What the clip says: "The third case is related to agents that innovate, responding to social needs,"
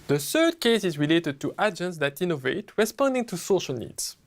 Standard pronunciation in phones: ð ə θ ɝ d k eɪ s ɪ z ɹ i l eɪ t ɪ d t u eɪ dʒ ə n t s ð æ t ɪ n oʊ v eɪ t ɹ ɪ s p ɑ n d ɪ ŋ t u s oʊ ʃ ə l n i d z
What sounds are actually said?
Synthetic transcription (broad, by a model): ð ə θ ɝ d k eɪ s ɪ z ɹ i l eɪ t ɪ d t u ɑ dʒ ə n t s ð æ t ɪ n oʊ v eɪ t ɹ ɪ s p ɑ n d ɪ ŋ t u s oʊ ʃ ə l n i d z